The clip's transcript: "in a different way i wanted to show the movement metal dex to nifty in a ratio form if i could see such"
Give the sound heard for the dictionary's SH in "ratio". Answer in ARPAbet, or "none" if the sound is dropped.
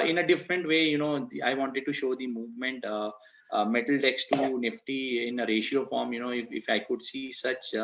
SH